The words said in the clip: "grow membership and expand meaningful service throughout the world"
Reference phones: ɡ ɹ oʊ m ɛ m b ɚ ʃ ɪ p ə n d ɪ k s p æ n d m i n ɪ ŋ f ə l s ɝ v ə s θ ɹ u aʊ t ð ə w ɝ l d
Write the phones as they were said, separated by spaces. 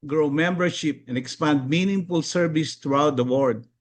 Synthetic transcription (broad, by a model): ɡ ɹ oʊ m ɛ m b ɚ ʃ ɪ p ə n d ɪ k s p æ n d m i n ɪ ŋ f ə l s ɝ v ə s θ ɹ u aʊ t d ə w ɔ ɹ d